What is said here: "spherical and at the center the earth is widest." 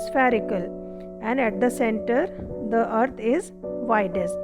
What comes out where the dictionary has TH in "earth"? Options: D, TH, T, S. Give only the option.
T